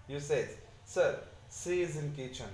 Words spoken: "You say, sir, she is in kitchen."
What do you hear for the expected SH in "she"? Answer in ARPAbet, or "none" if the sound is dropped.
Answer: S